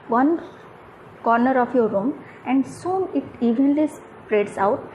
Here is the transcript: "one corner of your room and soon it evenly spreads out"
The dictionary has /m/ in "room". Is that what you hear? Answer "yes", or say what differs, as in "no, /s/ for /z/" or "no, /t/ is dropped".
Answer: yes